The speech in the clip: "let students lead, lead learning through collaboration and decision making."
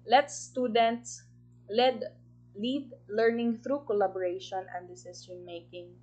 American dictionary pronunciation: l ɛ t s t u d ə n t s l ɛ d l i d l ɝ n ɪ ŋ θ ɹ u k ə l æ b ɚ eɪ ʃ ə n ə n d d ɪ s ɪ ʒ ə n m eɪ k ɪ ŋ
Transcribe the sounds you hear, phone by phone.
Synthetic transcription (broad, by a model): l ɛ t s t u d ə n t s l ɛ d l i d l ɝ n ɪ ŋ θ ɹ u k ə l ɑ b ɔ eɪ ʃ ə n ə n d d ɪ s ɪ s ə n m eɪ k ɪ ŋ